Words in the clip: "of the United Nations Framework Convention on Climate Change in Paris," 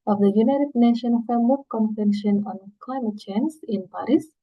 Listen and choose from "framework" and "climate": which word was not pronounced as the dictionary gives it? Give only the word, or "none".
framework